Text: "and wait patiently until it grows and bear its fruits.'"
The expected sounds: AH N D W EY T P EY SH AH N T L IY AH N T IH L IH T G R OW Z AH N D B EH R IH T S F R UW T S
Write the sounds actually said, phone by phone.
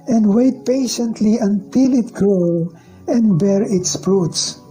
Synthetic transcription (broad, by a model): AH N D W EY T P EY SH AH N T L IY AH N T IH L IH T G R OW AH N D B EH R IH T S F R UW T S